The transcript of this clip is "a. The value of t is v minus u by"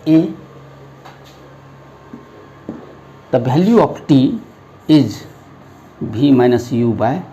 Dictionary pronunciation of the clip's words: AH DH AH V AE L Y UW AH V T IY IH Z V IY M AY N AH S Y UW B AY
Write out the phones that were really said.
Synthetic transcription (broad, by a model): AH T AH B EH L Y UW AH P T IY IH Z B IY M AY N AH S Y UW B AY